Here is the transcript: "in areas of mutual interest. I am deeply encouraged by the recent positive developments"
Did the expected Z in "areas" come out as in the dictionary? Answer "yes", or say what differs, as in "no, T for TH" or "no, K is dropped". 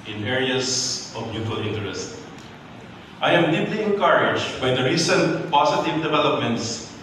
no, S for Z